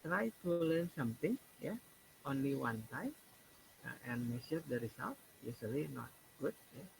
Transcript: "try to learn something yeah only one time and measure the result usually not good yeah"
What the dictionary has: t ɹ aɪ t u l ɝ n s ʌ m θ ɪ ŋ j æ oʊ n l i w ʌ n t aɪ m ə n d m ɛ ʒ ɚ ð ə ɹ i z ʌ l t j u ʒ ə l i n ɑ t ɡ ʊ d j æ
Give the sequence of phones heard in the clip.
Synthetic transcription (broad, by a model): t ɹ aɪ t u l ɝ n s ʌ m t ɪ ŋ j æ oʊ n l i w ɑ n t aɪ m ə n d m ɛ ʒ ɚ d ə ɹ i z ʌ l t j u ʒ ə l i n ɑ t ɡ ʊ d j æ